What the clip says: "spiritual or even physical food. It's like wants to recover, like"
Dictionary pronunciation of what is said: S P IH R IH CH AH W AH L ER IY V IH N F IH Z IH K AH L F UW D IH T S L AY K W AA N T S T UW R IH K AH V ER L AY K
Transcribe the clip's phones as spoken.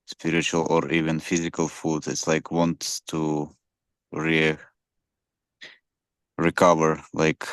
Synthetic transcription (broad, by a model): S P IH R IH CH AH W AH L ER IY V IH N F IH Z IH K AH L F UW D IH T S L AY K W AA N T S T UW R IH K AH V ER L AY K